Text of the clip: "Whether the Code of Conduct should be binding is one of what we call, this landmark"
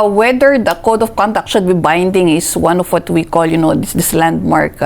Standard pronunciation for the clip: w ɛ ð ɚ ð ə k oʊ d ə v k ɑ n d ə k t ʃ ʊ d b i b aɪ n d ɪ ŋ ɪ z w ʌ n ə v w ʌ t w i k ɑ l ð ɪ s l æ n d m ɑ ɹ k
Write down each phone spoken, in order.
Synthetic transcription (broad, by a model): w ɛ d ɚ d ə k oʊ d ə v k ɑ n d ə k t ʃ ʊ d b i b aɪ n d ɪ ŋ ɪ s w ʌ n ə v w ʌ t w i k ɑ l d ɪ s l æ n d m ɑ ɹ k